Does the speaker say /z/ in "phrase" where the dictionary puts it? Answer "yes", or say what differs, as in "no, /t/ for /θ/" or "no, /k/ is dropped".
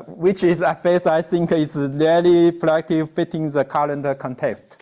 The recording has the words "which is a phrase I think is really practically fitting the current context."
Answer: no, /s/ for /z/